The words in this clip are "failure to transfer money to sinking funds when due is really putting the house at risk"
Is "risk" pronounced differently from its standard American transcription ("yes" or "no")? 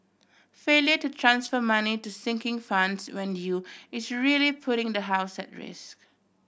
no